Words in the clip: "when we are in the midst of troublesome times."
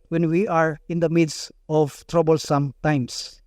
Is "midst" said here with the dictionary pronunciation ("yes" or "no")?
no